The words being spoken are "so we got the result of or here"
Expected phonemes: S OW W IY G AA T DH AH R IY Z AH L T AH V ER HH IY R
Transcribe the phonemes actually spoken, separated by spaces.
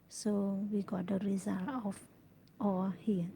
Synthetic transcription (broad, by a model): S OW W IY G AA T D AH R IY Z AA L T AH F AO HH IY